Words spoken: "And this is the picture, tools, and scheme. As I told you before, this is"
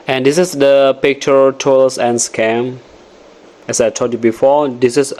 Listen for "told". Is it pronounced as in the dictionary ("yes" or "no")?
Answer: no